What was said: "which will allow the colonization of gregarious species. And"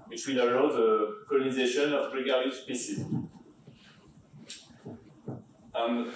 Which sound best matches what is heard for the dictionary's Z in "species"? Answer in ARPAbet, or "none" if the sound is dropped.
none